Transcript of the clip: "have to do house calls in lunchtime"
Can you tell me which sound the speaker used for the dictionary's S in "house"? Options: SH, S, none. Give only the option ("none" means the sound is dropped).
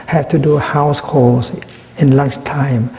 S